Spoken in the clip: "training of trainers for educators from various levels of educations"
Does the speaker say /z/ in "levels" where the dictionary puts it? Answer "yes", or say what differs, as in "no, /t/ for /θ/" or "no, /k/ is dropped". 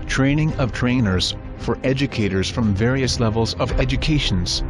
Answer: yes